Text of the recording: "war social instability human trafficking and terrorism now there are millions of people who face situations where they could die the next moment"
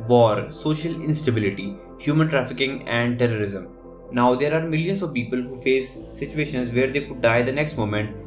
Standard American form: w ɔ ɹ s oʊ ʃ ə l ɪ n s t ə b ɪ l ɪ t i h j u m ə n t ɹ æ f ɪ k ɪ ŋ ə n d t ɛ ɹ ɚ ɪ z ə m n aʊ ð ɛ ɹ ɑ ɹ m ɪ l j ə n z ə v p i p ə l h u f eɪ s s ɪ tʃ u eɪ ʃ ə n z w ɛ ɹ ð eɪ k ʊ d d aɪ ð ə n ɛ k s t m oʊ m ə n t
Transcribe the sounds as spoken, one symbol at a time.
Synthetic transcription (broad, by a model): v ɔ ɹ s oʊ ʃ ə l ɪ n s t ə b ɪ l ɪ t i h j u m ə n t ɹ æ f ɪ k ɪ ŋ ə n d t ɛ ɹ ɚ ɪ z ə m n aʊ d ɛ ɹ ɑ ɹ m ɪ l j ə n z ə v p i p ə l h u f eɪ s s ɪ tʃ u eɪ ʃ ə n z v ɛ ɹ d eɪ k ʊ d d aɪ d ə n ɛ k s t m oʊ m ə n t